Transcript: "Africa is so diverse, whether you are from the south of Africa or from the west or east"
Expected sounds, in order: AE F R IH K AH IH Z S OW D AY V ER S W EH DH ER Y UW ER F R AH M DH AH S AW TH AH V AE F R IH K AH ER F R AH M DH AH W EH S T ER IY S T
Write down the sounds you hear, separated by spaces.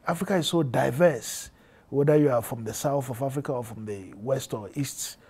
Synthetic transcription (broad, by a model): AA F R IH K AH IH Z S OW D AY V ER S W EH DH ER Y UW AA F R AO M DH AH S AW TH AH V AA F R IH K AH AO F R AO M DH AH W EH S T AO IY S T